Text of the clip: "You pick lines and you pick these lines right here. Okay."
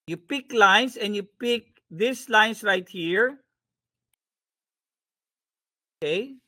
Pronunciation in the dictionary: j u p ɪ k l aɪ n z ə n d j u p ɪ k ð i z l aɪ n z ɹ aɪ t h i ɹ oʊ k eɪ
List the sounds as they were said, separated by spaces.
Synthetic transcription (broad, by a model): j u p ɪ k l aɪ n s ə n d j u p ɪ k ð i s l aɪ n s ɹ aɪ t h i ɹ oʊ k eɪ